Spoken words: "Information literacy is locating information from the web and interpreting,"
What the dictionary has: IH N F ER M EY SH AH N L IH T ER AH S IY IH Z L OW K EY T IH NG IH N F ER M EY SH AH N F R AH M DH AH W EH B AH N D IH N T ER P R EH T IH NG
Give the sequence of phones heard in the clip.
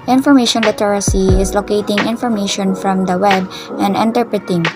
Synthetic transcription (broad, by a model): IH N F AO M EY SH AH N L IH T ER AH S IY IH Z L OW K EY T IH NG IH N F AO M EY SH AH N F R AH M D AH W EH B AH N D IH N T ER P R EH T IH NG